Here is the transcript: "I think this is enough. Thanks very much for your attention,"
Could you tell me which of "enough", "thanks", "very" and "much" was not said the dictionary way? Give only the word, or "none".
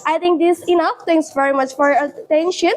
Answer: thanks